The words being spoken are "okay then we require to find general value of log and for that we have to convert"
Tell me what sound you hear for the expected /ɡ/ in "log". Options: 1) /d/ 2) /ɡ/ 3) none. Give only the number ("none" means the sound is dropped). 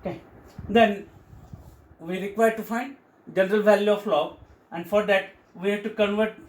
3